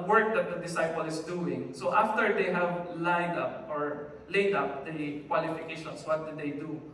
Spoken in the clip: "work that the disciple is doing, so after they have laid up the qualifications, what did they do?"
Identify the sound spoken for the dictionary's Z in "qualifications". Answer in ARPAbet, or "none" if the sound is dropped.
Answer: S